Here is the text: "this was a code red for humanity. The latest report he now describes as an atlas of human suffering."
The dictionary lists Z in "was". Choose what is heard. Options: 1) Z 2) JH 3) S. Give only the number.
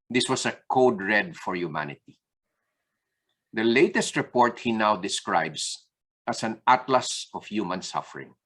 3